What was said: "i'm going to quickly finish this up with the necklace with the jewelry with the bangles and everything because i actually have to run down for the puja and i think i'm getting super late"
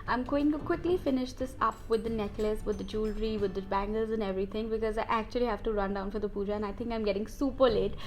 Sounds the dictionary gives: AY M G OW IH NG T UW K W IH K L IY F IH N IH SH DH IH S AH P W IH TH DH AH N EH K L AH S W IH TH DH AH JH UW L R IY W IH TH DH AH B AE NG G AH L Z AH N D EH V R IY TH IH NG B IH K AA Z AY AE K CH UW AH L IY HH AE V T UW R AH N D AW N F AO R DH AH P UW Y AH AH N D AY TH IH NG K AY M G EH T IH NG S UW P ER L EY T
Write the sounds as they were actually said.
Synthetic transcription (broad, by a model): AY M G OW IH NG T UW K W IH K L IY F IH N IH SH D IH S AH P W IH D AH N EH K L AH S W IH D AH JH UW L R IY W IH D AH B AE NG G AH L Z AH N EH V R IY T IH NG B IH K AA Z AY AE K CH UW AH L IY HH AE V T UW R AH N D AW N F AO R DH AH P UW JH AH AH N AY T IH NG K AY M G EH T IH NG S UW P ER L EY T